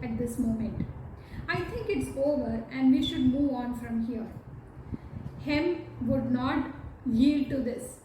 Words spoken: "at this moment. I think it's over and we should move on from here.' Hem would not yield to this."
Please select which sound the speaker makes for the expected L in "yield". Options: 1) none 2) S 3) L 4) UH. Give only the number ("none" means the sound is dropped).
3